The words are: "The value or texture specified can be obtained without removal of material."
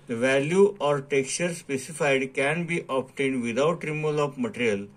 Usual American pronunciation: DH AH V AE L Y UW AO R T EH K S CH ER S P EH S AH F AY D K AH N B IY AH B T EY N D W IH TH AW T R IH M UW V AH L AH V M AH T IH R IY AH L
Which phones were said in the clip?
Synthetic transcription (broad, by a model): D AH V AE L Y UW AO R T EH K S CH ER S P EH S AH F AY D K AH N B IY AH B T EY N D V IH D AW T R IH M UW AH L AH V M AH T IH R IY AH L